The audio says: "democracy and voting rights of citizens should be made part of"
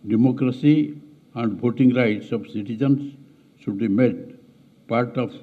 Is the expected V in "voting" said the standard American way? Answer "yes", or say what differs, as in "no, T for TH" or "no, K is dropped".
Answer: no, B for V